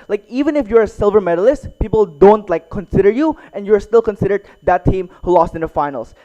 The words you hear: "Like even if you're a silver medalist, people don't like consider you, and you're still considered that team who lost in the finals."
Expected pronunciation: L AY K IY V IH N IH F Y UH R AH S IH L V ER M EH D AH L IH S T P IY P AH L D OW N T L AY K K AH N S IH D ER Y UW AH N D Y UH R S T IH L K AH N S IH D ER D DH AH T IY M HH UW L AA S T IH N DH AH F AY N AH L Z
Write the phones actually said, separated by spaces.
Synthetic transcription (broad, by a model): L AY K IY V IH N IH F Y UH R AH S IH L V ER M EH D AH L IH S T P IY P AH L D OW N T L AY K K AH N S IH D ER Y UW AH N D Y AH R S T IH L K AH N S IH D ER D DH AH T IY M HH UW L AA S T IH N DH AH F AY N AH L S